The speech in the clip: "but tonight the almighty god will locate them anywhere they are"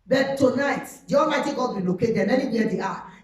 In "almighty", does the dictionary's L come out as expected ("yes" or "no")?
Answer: no